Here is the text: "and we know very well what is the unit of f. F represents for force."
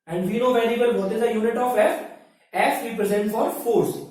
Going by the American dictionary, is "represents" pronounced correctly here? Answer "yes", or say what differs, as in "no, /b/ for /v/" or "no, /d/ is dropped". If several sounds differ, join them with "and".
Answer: no, /s/ is dropped